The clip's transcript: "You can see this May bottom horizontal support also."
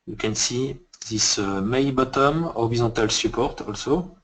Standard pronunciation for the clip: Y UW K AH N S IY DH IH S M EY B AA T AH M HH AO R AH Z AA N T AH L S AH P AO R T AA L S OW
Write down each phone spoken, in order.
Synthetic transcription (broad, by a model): Y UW K AH N S IY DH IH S M EY B AA T AH M AO R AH Z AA T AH L S AH P AO R T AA L S OW